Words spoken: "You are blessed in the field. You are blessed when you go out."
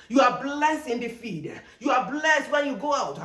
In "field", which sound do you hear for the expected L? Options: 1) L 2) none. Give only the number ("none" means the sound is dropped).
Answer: 2